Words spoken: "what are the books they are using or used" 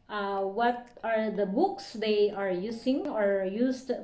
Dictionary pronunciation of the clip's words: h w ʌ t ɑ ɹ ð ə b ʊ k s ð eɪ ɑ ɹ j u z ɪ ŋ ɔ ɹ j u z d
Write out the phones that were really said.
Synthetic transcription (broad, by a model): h w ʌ t ɑ ɹ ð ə b ʊ k s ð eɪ ɑ ɹ j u s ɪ ŋ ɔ ɹ j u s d